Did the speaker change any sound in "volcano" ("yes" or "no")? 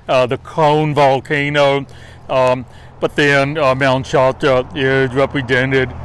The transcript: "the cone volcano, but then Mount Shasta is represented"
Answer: no